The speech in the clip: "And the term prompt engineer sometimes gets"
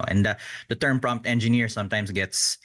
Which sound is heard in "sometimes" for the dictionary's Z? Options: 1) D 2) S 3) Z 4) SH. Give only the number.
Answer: 2